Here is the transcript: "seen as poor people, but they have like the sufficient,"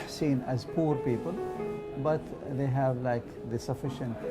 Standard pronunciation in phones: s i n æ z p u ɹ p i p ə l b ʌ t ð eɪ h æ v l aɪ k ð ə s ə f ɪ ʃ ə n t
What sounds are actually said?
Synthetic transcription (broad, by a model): s i n æ z p u ɹ p i p ə l b ʌ t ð eɪ h æ v l aɪ k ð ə s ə f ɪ ʃ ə n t